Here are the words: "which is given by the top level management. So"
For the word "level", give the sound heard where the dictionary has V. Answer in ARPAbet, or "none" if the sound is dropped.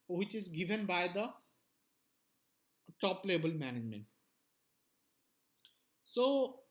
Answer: B